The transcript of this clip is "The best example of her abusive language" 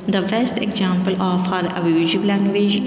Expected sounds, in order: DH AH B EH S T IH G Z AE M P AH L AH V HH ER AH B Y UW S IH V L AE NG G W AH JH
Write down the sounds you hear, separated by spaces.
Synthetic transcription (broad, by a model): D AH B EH S T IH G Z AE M P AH L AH F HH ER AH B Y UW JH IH B L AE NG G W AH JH